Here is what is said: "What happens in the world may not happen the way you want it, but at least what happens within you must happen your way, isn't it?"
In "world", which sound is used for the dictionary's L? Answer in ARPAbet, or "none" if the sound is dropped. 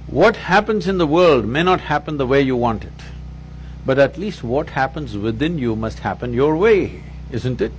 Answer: L